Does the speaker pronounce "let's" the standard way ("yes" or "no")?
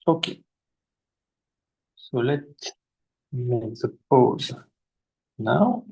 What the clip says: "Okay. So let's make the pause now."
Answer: no